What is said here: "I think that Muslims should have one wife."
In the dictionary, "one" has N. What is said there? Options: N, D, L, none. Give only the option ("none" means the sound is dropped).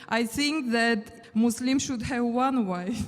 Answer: N